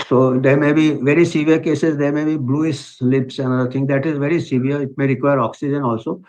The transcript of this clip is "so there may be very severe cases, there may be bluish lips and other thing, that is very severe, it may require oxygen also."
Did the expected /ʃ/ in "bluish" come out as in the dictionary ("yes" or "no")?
no